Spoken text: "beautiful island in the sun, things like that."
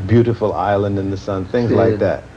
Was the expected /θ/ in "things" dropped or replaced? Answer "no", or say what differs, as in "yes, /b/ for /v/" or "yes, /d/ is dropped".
no